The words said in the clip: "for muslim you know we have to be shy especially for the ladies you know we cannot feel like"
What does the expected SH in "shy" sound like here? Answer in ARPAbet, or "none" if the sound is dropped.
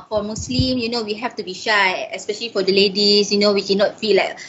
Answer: SH